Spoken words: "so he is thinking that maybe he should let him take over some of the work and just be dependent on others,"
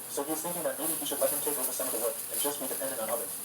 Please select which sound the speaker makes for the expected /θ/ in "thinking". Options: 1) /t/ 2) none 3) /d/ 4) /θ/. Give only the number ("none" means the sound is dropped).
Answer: 4